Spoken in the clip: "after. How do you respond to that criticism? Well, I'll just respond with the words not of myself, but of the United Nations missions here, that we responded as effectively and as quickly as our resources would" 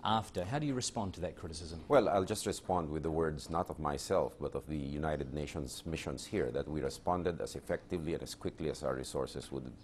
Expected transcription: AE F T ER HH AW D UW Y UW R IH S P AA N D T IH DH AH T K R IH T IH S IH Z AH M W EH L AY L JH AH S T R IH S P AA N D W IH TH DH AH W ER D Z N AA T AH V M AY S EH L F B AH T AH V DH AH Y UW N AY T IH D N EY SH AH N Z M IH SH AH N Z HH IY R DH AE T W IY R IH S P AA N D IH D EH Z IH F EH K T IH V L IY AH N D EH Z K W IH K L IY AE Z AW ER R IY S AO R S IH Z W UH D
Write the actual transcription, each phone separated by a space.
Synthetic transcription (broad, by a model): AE F T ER HH AW D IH Y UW R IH S P AA N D T IH DH AH T K R IH T IH S IH Z AH M W EH L AY L JH AH S T R IH S P AA N D W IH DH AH W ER D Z N AA T AH V M AY S EH L F B AH T AH V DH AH Y UW N AY T IH D N EY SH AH N S M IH SH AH N S HH IY R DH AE T W IY R IH S P AA N D IH D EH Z IH F EH K T IH V L IY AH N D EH S K W IH K L IY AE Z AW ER R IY S AO R S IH S W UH D